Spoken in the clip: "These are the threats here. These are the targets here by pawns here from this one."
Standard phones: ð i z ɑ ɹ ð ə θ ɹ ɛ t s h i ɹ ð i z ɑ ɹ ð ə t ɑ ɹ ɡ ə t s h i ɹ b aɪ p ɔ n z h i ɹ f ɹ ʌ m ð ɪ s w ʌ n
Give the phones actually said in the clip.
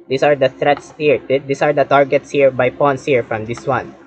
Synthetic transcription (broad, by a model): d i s ɑ ɹ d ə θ ɹ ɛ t s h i ɹ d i s ɑ ɹ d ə t ɑ ɹ ɡ ə t s h i ɹ b aɪ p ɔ n s h i ɹ f ɹ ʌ m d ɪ s w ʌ n